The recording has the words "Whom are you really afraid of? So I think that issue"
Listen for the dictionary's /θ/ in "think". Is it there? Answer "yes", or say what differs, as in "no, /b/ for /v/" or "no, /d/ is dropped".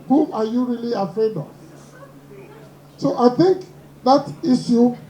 yes